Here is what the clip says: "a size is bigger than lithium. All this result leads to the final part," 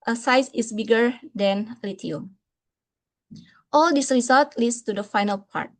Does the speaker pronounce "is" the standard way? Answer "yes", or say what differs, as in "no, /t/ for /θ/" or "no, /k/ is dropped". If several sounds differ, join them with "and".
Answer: no, /s/ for /z/